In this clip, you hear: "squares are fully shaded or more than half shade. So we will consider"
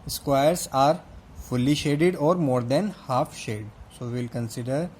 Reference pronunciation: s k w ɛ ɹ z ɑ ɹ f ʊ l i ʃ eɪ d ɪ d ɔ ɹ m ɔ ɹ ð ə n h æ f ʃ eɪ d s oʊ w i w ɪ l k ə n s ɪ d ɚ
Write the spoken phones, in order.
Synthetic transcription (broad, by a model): s k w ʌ ɹ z ɑ ɹ f ʊ l i ʃ eɪ d ɪ d ɔ ɹ m ɔ ɹ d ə n h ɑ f ʃ eɪ d s oʊ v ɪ l k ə n s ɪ d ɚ